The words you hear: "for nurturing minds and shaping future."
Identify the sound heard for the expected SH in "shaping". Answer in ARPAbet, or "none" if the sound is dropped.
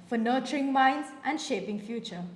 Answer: SH